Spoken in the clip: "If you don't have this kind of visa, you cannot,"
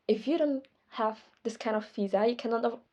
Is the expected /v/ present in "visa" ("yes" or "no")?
no